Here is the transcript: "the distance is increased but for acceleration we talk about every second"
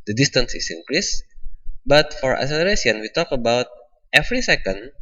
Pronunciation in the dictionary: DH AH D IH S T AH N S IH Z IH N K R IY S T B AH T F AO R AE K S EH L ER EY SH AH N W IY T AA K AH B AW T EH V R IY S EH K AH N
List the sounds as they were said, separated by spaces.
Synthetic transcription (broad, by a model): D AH D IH S T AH N S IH S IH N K R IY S B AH T F AO R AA S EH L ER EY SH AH N W IY T AA K AH B AW T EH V R IY S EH K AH N